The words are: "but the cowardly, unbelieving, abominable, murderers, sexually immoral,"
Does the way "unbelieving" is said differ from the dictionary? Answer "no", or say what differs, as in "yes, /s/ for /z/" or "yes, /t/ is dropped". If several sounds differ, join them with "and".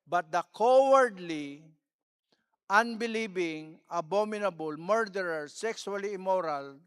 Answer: yes, /b/ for /v/